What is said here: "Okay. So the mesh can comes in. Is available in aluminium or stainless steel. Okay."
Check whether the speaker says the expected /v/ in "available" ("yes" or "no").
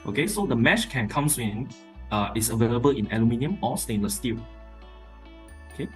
yes